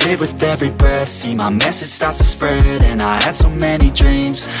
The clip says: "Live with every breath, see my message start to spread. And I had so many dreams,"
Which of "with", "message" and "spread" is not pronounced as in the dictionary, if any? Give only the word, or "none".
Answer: none